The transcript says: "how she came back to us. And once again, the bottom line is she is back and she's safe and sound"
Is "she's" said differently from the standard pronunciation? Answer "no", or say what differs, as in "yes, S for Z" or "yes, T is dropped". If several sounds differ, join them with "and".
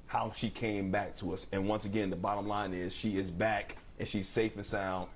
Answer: no